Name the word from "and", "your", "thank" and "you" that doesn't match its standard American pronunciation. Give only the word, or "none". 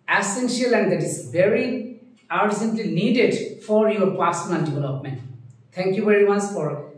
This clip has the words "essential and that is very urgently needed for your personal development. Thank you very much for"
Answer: thank